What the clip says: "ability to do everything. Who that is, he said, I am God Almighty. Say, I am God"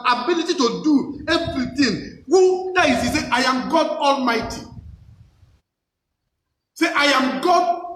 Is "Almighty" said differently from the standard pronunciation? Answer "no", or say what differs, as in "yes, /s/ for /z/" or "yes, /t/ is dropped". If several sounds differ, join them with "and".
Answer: no